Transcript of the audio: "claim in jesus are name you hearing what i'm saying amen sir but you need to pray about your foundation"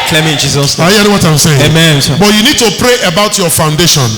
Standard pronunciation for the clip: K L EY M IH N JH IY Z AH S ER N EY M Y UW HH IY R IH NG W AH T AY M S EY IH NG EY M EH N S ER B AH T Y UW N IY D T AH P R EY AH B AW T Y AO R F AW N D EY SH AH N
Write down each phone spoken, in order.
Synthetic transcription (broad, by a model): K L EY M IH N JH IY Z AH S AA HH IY IH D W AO T AY M S EY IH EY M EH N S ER B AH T Y UW N IY D T AH P R EY AH B AW T Y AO F AW N D EY SH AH N